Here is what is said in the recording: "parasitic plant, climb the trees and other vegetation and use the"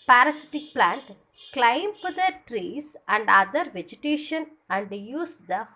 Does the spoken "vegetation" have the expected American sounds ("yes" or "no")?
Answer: yes